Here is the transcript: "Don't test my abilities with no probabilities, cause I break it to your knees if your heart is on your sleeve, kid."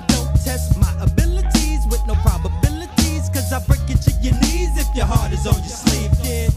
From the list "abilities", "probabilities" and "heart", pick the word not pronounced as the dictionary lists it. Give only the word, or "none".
none